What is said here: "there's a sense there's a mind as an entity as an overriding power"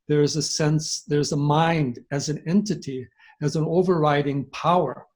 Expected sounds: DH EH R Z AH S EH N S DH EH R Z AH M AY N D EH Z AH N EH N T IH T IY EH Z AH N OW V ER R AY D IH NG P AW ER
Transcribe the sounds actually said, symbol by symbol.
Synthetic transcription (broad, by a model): DH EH R Z AH S EH N S DH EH R Z AH M AY N D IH Z AH N EH N T IH T IY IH Z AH N OW V ER R AY D IH NG P AW ER